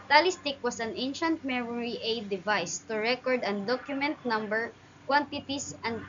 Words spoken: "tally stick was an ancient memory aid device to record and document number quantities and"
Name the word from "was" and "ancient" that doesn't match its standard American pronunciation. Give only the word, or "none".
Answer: was